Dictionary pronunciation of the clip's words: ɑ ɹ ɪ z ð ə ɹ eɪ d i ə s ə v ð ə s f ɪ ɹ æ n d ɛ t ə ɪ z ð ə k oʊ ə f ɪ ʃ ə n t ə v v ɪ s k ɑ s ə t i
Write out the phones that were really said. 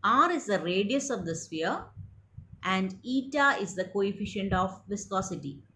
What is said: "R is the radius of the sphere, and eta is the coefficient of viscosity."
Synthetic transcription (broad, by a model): ɑ ɹ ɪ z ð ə ɹ eɪ d i ə s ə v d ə s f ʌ ɹ æ n d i t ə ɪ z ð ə k oʊ ə f ɪ ʃ ə n t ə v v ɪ s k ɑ s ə t i